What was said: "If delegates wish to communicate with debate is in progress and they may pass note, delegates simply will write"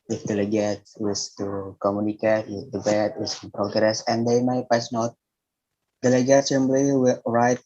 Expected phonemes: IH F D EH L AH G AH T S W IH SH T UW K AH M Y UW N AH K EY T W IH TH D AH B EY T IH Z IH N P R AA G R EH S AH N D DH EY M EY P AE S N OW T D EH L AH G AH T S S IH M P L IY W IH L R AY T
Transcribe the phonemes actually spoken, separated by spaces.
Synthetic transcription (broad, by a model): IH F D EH L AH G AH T W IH S T UW K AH M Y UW N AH K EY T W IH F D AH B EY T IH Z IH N P R AA G R EH S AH N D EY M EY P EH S N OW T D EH L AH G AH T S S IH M B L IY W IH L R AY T